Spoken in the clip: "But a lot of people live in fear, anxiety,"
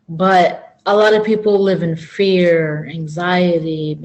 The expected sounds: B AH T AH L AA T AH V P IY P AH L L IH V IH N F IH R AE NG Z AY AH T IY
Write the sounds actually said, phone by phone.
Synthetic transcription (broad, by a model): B AH T AH L AA T AH V P IY P L L IH V IH N F IH R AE NG Z AY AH T IY